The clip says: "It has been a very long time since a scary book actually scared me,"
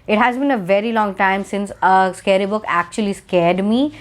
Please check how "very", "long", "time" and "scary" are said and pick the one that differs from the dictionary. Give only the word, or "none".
none